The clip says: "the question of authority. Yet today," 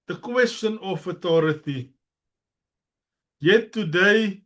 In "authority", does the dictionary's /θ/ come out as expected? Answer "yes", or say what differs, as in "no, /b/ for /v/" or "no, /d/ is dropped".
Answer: no, /t/ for /θ/